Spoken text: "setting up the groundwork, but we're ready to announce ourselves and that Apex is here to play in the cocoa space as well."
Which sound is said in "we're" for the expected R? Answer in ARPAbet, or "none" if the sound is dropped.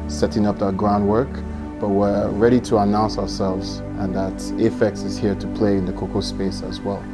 R